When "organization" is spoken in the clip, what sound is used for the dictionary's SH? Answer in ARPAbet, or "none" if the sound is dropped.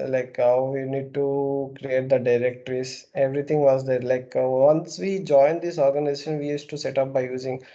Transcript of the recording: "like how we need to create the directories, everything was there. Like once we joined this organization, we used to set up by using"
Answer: SH